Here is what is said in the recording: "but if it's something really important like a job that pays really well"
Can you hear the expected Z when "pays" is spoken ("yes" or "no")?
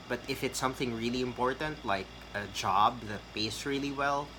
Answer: no